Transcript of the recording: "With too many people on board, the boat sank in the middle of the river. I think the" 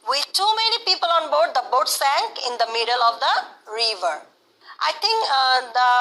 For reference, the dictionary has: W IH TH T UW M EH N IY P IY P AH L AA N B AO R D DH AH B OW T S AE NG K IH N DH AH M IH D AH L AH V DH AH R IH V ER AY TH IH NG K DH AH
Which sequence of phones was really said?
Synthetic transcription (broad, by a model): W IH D T UW M EH N IY P IY P AH L AA N B AO R D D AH B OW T S AE NG K IH N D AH M IH D AH L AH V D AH R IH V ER AY T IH NG K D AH